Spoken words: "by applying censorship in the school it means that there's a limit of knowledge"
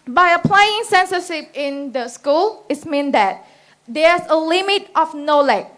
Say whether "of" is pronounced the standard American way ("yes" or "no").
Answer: no